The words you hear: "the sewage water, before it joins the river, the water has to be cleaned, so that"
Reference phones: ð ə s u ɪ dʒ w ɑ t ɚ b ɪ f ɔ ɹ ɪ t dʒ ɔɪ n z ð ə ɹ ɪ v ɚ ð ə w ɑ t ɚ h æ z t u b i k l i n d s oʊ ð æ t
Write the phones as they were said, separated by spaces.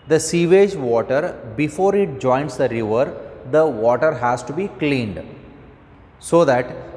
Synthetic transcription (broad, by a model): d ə s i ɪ dʒ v ɑ t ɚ b ɪ f ɔ ɹ ɪ t dʒ ɔɪ n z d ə ɹ ɪ v ɚ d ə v ɑ t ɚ h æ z t u b i k l i n d s oʊ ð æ t